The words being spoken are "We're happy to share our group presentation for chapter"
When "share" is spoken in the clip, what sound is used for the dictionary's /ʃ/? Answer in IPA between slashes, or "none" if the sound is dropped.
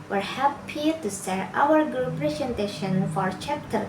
/s/